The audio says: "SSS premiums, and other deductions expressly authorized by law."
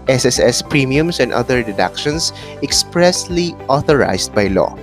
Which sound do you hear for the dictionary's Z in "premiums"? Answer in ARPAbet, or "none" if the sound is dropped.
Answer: S